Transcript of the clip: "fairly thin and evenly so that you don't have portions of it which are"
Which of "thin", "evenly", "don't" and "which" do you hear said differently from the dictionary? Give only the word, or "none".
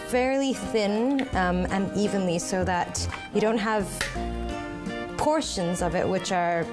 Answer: none